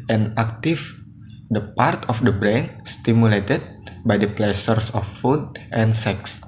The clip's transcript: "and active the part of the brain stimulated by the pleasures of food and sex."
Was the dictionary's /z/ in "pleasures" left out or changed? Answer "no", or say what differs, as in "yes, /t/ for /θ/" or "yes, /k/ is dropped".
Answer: yes, /s/ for /z/